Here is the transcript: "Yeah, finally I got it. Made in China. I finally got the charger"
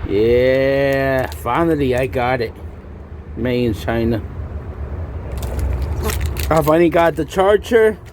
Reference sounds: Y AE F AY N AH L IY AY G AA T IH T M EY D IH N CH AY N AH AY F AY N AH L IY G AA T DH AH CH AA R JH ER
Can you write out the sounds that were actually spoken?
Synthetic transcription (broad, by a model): Y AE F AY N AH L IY AY G AA T IH T M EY IH N CH AY N AH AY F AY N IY G AA T DH AH CH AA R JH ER